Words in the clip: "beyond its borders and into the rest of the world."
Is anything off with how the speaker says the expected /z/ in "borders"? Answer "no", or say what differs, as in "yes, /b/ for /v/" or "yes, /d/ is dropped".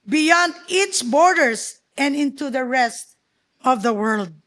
yes, /s/ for /z/